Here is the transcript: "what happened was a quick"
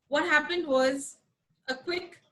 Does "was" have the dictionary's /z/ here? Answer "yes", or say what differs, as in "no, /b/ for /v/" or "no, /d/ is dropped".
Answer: yes